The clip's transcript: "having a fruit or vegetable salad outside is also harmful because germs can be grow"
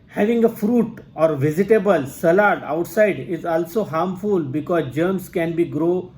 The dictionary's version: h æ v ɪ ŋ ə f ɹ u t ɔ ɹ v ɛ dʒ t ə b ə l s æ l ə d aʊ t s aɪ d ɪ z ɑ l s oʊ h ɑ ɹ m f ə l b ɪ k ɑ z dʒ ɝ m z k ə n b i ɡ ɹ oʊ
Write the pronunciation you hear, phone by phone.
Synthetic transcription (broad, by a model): h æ v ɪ ŋ ə f ɹ u t ɔ ɹ v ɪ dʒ t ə b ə l s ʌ l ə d aʊ t s aɪ d ɪ z ɑ l s oʊ h ɑ ɹ m f ə l b ɪ k ɑ z dʒ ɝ m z k ə n b i ɡ ɹ oʊ